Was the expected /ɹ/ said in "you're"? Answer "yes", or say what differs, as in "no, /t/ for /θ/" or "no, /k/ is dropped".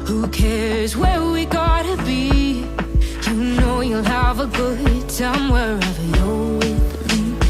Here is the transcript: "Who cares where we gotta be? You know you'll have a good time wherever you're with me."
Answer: no, /l/ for /ɹ/